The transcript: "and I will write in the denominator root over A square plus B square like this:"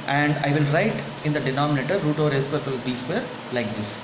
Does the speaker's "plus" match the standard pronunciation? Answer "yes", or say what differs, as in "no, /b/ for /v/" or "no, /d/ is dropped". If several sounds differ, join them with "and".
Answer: no, /l/ is dropped